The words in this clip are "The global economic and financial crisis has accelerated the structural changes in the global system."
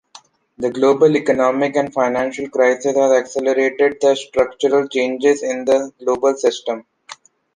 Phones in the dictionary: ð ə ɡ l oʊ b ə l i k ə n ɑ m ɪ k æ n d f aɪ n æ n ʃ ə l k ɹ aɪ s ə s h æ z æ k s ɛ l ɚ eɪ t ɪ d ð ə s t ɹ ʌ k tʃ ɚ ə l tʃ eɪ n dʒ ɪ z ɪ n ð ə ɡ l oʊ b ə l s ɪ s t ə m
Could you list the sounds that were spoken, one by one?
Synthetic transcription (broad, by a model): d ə ɡ l oʊ b ə l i k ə n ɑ m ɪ k æ n d f aɪ n æ n ʃ ə l k ɹ aɪ s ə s h æ z æ k s ɛ l ɚ eɪ t ɪ d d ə s t ɹ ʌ k tʃ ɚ ə l tʃ eɪ n dʒ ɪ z ɪ n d ə ɡ l oʊ b ə l s ɪ s t ə m